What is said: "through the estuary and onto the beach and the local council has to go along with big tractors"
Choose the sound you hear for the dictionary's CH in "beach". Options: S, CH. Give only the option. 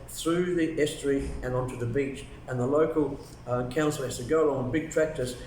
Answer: CH